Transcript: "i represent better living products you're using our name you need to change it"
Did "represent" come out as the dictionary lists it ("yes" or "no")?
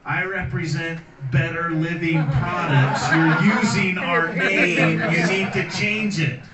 yes